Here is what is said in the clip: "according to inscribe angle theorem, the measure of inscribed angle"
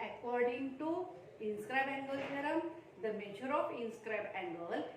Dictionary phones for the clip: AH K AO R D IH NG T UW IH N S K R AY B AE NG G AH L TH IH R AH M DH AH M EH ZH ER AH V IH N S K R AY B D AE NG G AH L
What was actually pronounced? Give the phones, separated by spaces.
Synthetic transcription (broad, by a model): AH K AO R D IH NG T UW IH N S K R AY B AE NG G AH L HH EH R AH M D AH M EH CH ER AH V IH N S K R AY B AE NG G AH L